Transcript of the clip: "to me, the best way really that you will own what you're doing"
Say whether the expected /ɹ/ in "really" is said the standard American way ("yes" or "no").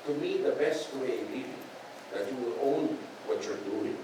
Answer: no